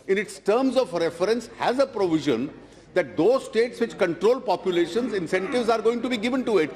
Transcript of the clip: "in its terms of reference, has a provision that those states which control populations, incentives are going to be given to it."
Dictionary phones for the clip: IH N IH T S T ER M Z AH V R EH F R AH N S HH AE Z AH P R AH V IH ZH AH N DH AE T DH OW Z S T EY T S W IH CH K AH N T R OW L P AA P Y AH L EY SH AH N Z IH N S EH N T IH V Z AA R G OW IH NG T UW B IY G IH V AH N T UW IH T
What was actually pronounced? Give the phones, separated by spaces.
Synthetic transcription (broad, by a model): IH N IH T S T ER M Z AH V R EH F R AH N S HH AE Z AH P R AH V IH ZH AH N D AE T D OW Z S T EY T S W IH CH K AH N T R OW L P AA P Y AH L EY SH AH N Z IH N S EH N T IH V Z AA R G OW IH NG T UW B IY G IH V AH N T UW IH T